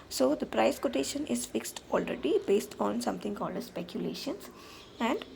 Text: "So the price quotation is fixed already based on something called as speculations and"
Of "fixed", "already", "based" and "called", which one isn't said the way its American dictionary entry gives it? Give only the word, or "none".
none